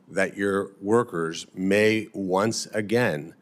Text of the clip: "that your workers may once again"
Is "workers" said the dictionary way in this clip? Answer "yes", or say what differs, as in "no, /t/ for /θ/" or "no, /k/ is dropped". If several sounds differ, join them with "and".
yes